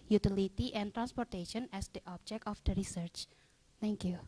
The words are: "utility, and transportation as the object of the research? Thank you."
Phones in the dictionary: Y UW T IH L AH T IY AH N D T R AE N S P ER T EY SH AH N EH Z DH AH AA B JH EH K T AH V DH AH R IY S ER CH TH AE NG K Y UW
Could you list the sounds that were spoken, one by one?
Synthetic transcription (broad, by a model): Y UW T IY L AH T IY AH N T R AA N S P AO T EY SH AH N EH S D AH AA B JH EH K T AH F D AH R IY S ER CH T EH NG K Y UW